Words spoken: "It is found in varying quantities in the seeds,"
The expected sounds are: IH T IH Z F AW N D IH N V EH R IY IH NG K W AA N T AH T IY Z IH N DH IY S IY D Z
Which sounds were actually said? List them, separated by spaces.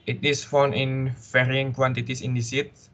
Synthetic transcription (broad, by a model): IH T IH S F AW N IH N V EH R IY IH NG K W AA N T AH T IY S IH N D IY S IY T